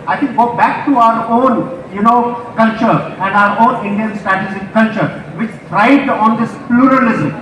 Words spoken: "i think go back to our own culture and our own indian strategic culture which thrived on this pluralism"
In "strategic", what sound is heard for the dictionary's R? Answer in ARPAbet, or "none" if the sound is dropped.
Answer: none